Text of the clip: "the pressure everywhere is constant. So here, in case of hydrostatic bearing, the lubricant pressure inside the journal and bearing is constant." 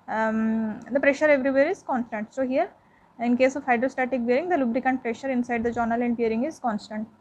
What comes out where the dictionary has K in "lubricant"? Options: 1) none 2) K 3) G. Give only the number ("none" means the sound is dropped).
2